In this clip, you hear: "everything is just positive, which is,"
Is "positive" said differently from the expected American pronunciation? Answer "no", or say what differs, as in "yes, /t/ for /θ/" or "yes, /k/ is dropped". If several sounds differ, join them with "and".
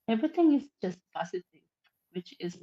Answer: yes, /s/ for /z/